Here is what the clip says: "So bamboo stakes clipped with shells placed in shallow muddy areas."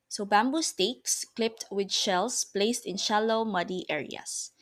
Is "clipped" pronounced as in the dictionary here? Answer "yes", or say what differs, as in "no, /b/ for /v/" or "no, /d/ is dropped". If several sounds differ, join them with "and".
yes